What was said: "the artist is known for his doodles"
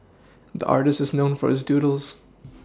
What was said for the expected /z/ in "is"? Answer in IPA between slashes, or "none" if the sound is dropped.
/z/